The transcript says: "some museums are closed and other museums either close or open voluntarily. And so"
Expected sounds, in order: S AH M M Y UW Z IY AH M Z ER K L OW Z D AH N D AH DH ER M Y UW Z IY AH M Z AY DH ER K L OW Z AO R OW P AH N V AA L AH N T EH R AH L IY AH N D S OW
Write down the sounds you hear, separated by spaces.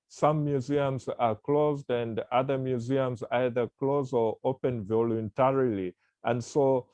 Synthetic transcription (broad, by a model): S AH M M Y UW Z IY AH M Z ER K L OW Z D AH N D AH DH ER M Y UW Z IY AH M Z AY DH ER K L OW Z AO R OW P AH N V AA L AH N T EH R AH L IY AH N D S OW